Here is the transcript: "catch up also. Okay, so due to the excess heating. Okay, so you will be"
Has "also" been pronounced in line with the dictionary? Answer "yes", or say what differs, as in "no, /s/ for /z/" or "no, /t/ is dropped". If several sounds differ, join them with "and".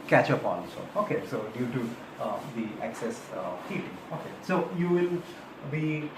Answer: no, /n/ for /l/